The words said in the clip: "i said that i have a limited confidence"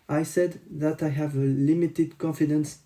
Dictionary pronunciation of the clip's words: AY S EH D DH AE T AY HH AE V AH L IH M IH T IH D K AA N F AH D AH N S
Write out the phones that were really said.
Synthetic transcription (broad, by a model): AY S EH D DH AE T AY HH AE V AH L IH M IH T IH D K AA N F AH D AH N S